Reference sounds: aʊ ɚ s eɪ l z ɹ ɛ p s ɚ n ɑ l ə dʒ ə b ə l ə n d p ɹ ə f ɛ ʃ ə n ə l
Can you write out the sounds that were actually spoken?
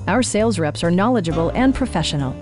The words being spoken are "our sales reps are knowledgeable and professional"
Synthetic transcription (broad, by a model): aʊ ɚ s eɪ l z ɹ ɛ p s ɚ n ɑ l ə dʒ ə b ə l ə n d p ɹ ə f ɛ ʃ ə n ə l